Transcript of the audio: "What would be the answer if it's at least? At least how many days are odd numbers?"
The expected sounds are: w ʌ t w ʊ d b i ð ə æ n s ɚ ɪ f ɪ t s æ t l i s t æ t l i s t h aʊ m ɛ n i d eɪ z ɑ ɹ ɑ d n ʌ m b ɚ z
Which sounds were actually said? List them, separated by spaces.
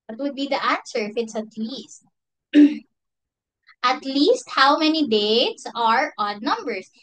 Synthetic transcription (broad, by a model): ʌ t w ʊ d b i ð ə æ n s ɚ ɪ f ɪ t s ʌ t l i s t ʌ t l i s t h aʊ m ɛ n i d eɪ s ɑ ɹ ɑ d n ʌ m b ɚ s